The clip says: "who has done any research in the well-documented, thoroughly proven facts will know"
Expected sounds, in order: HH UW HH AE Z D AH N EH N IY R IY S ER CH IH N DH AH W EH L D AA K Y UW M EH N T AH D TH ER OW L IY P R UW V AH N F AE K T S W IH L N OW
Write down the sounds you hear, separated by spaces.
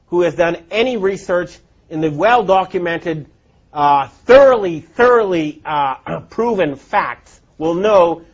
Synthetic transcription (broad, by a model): HH UW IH Z D AH N EH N IY R IY S ER CH IH N DH AH W EH L D AA K Y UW M EH N T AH D TH ER OW L IY P R UW V AH N F AE K T S W IH L N OW